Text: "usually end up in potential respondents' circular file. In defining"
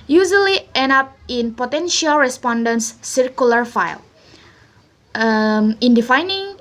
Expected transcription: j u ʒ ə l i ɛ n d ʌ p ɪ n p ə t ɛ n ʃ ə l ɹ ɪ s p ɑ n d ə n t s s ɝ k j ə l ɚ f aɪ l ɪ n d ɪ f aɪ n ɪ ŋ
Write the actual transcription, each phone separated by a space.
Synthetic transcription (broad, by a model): j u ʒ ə l i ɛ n ʌ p ɪ n p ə t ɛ n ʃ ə l ɹ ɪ s p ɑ n d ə n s s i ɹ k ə l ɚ f aɪ l ɪ n d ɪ f aɪ n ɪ ŋ